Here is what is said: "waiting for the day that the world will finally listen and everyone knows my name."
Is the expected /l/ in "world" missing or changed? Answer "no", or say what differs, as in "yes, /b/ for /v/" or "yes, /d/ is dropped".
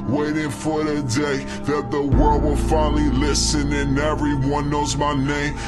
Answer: no